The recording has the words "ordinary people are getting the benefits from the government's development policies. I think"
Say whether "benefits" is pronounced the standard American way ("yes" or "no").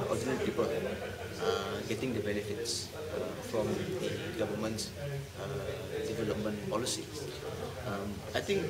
yes